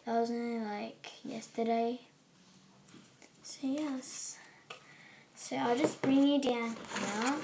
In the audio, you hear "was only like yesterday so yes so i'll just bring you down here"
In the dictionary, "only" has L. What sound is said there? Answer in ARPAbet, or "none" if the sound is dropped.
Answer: none